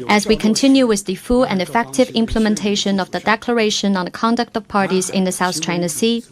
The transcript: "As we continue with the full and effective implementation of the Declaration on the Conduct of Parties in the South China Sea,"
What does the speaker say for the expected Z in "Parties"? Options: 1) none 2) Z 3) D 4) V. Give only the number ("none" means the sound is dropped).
2